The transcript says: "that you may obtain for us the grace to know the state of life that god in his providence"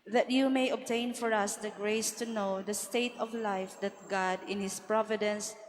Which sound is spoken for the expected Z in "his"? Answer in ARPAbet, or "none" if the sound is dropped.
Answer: S